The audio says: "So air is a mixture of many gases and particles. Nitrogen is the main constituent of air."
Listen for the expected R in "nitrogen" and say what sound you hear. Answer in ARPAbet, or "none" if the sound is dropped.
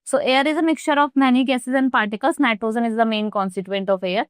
none